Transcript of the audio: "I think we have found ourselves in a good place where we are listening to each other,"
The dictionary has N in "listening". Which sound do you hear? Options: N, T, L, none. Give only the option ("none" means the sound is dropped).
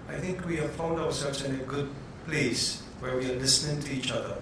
N